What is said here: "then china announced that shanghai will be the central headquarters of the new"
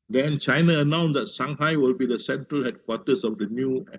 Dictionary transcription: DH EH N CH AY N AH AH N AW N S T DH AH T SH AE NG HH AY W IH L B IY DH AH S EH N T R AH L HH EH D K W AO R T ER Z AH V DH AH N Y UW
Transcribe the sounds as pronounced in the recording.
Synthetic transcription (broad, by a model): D EH N CH AY N AH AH N AW N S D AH T S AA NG HH AY W IH L B IY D AH S EH N T R AH L HH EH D K W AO T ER S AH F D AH N Y UW